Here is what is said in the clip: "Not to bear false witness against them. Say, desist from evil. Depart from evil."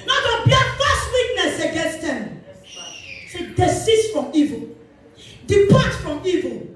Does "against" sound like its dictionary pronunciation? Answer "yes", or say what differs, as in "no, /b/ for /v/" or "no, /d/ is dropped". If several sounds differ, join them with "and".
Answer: yes